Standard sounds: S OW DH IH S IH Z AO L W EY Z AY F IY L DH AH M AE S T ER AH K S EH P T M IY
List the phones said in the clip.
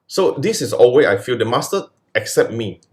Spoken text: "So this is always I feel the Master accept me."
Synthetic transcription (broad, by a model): S OW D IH S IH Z AO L W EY AY F IY L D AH M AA S T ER AH K S EH P T M IY